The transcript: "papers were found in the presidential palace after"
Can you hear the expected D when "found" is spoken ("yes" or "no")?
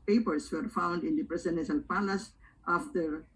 yes